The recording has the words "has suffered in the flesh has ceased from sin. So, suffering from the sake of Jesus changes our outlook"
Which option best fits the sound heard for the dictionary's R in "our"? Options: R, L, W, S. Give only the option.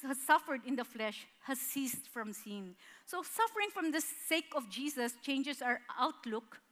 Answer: R